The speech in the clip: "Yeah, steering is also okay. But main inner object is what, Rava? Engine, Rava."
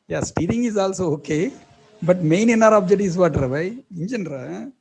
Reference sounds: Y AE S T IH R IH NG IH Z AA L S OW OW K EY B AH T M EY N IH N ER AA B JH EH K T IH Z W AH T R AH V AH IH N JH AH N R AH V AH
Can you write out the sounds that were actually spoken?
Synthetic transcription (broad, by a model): Y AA S T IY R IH NG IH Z AA L S OW OW K EY B AH T M EY N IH N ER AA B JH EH T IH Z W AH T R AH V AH IH N JH AH N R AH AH